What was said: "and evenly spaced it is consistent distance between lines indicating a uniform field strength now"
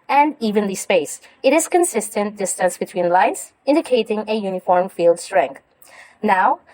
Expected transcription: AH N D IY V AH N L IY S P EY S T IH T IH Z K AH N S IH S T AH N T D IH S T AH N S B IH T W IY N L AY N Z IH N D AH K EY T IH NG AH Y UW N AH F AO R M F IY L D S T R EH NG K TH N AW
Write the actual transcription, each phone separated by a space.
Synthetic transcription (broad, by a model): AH N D IY V AH N L IY S P EY S IH T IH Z K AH N S IH S T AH N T D IH S T AH N S B IH T W IY N L AY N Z IH N D AH K EY T IH NG AH Y UW N AH F AO R M F IY L D S T R EH NG K TH N AW